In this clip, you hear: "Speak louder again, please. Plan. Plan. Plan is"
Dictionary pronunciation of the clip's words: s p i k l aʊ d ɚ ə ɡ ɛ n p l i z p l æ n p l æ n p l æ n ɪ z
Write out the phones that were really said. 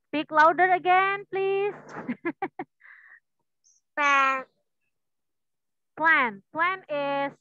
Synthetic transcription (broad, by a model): s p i k l aʊ d ɚ ə ɡ ɛ n p l i s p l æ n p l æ n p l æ n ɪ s